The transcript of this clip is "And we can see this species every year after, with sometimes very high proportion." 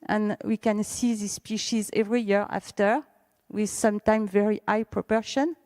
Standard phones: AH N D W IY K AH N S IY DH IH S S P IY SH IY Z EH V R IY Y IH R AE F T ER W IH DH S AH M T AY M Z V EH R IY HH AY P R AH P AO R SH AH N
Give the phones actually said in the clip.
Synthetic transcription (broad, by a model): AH N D W IY K AH N S IY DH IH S S P IY SH IY Z EH V R IY Y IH R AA F T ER W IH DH S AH M T AY M V EH R IY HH AY P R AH P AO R SH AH N